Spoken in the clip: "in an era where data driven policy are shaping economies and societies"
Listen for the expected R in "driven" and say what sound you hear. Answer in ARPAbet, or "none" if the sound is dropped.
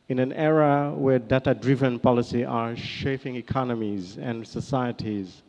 R